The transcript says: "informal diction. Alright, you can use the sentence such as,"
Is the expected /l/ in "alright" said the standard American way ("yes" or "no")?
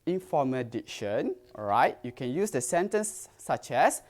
no